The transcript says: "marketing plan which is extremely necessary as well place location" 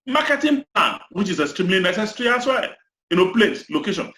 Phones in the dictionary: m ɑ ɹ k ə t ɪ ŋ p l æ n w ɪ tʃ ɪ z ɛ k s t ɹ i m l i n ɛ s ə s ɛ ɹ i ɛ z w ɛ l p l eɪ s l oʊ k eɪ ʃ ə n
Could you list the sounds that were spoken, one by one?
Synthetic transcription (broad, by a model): m ɑ k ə t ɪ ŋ p l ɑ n w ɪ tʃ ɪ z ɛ s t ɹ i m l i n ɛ s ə s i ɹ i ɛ s w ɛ n p l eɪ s l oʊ k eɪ ʃ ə n